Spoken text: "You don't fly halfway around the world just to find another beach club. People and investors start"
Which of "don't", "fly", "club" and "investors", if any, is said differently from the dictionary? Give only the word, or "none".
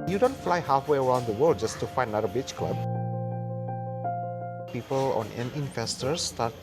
investors